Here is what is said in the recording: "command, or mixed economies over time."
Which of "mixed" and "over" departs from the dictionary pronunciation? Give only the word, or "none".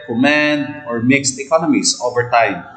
none